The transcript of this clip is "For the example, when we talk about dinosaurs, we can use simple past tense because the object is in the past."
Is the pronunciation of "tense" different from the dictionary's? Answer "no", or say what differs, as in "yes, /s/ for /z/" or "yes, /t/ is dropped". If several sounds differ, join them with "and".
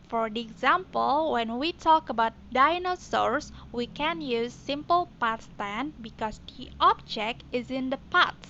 yes, /s/ is dropped